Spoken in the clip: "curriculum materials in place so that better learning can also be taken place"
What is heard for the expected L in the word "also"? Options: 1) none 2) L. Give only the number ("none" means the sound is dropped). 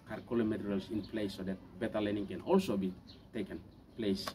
2